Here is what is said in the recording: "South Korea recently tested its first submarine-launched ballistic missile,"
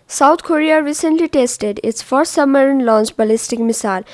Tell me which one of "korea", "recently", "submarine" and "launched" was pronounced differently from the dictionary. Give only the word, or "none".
submarine